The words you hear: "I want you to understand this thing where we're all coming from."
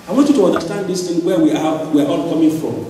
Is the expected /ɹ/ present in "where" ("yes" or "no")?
no